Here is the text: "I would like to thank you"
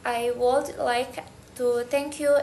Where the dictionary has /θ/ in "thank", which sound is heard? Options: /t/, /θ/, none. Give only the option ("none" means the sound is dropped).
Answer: /t/